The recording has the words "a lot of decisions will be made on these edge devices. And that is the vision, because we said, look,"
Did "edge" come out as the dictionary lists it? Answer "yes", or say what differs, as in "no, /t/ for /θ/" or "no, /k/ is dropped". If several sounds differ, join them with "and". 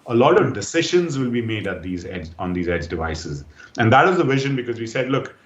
yes